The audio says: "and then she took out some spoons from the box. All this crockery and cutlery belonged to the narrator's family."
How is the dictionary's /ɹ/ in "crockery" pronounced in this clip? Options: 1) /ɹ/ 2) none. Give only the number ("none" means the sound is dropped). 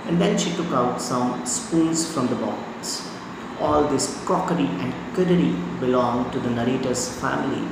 2